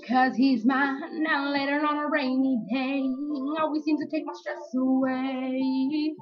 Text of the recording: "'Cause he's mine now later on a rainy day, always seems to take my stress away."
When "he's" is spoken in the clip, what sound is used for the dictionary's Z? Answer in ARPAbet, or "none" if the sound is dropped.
Z